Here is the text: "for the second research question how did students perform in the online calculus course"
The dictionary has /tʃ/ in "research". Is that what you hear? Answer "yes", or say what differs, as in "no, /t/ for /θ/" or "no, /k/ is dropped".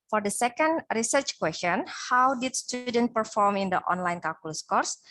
yes